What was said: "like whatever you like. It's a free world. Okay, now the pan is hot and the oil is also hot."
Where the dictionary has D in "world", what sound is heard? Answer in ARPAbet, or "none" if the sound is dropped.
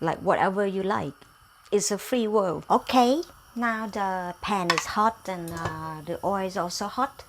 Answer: none